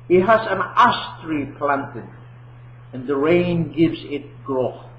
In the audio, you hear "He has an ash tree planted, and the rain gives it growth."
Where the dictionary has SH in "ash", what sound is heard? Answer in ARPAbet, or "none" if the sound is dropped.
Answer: S